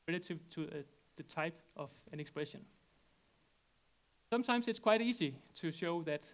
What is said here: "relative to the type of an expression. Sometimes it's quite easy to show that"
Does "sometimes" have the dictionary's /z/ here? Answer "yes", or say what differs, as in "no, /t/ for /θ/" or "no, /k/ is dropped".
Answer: no, /s/ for /z/